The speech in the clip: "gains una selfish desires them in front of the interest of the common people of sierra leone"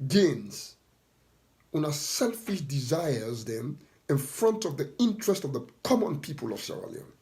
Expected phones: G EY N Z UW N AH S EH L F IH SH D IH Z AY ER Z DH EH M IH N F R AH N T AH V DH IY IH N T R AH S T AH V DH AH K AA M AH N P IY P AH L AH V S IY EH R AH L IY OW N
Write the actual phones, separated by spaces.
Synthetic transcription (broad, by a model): G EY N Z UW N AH S EH L F IH SH D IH Z AY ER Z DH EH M IH N F R AH N T AH V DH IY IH N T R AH S T AH V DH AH K AA M AH N P IY P AH L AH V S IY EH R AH L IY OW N